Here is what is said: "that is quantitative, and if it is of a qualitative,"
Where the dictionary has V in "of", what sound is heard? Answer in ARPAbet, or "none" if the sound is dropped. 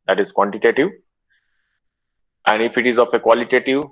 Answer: P